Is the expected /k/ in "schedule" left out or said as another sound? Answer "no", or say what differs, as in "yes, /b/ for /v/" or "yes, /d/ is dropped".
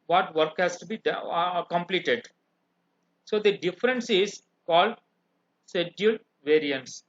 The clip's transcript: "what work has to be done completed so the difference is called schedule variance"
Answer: yes, /k/ is dropped